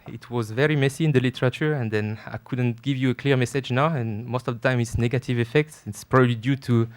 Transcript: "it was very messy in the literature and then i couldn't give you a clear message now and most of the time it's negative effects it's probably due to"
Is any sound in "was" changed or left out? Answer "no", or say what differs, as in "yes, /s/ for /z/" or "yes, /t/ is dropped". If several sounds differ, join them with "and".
no